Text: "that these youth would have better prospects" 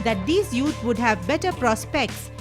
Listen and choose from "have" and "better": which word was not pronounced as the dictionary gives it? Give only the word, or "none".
none